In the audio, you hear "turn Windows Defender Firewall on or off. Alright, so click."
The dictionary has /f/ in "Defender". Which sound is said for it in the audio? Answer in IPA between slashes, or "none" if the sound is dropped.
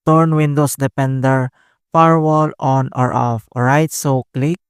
/p/